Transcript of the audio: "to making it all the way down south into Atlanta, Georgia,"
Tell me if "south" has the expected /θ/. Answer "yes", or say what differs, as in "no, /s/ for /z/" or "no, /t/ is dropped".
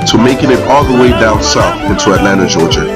no, /f/ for /θ/